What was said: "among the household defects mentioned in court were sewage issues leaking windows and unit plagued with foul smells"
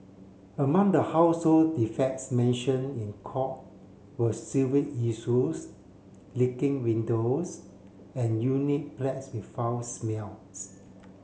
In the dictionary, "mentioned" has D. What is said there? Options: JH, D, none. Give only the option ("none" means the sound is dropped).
none